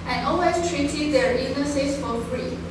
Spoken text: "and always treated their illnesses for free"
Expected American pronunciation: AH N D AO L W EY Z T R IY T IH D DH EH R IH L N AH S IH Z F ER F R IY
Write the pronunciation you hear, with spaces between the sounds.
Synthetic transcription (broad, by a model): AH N AO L W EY S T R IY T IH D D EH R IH N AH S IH S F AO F R IY